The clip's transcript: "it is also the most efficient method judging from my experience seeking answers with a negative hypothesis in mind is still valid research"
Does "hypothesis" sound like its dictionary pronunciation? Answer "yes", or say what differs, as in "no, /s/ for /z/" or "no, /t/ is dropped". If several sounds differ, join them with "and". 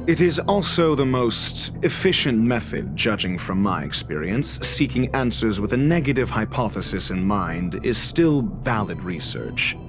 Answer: yes